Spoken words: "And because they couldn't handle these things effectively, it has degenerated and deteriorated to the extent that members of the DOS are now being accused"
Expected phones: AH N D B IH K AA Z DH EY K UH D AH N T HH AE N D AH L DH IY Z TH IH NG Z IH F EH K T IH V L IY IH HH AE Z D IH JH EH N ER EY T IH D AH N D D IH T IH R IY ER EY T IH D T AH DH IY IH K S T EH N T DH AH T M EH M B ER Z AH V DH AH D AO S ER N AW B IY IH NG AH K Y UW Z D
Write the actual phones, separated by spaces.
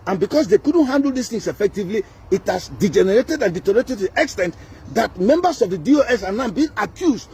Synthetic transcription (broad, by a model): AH N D B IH K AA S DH EY K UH D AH N T HH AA N D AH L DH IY S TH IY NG S IH F EH K T IH V L IY IH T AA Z D IH JH EH N ER EY T IH D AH N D D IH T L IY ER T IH T AH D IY IH K S T EH N T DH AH T M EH M B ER S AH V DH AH D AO S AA N AW B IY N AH K Y UW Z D